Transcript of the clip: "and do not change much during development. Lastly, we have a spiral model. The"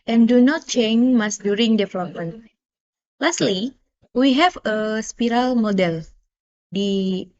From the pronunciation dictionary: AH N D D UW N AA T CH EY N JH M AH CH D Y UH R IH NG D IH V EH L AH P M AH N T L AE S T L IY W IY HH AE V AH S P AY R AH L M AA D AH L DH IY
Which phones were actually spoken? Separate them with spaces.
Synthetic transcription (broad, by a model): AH N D D UW N AA T CH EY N M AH S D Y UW R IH NG D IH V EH L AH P M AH N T L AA S T L IY W IY HH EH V AH S P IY R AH L M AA D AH L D IY